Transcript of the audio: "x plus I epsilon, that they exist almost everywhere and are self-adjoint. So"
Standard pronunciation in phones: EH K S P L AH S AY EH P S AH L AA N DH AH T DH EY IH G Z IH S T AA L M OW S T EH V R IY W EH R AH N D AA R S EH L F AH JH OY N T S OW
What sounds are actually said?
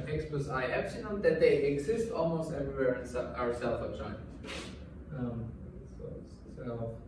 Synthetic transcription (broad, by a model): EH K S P AH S AY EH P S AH N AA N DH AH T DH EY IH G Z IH S T AA L M OW S T EH V R IY W EH R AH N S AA R S EH L F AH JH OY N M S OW